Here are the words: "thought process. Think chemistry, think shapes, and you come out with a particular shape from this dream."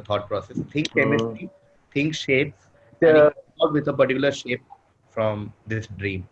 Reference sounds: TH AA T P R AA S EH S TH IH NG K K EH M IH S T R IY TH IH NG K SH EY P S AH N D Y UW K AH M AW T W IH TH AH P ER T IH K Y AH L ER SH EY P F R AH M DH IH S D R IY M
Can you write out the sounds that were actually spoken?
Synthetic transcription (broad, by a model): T AA T P R AA S EH S T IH NG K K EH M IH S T IY T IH NG K SH EY P S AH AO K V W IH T AH P ER T IH K Y AH L ER SH EY P F R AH M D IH S D R IY M